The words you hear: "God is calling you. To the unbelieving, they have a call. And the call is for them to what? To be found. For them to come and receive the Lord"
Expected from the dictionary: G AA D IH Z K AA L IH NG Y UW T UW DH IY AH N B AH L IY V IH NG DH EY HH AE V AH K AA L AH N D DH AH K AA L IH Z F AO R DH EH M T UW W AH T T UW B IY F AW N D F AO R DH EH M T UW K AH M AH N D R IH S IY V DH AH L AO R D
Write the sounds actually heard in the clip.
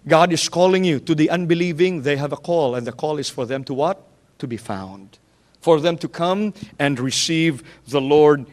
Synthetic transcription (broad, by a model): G AA D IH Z K AA L IH NG Y UW T UW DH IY AH N B AH L IY V IH NG DH EY HH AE V AH K AA L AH N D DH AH K AA L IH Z F AO R DH EH M T UW W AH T T UW B IY F AW N D F AO R DH EH M T UW K AH M AH N D R IH S IY V DH AH L AO R D